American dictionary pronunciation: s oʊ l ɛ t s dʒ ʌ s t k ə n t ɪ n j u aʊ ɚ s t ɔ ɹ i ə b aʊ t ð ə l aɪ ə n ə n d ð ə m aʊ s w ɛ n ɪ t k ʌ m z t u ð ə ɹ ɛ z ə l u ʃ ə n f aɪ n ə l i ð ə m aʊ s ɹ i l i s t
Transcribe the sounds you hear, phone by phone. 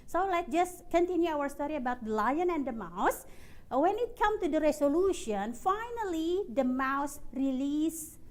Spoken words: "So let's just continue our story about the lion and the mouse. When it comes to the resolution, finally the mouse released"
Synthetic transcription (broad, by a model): s oʊ l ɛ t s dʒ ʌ s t k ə n t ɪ n j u aʊ ɚ s t ɔ ɹ i ə b aʊ t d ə l aɪ ə n ə n d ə m aʊ s w ɛ n ɪ t k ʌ m t u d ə ɹ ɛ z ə l u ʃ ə n f aɪ n ə l i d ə m aʊ s ɹ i l i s